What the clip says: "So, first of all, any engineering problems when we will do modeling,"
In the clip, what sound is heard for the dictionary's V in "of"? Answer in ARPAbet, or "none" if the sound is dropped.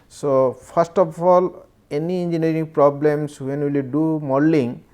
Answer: P